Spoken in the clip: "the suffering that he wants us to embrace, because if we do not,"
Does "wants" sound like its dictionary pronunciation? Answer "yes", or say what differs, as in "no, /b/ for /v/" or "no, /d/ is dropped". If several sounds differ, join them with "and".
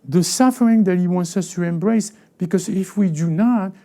yes